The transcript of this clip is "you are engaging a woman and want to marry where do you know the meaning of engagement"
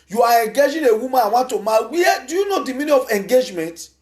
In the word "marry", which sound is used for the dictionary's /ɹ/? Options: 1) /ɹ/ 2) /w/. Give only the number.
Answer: 2